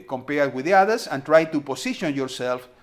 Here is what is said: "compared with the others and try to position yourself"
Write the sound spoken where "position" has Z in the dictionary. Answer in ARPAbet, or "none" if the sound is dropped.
S